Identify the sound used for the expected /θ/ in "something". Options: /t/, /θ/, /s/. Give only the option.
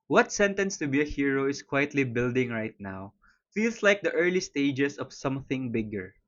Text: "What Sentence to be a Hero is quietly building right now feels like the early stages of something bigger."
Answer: /θ/